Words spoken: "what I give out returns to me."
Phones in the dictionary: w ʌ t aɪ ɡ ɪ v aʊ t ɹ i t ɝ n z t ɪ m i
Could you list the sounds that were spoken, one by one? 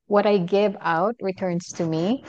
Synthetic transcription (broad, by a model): w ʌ t aɪ ɡ ɪ v aʊ t ɹ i t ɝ n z t ɪ m i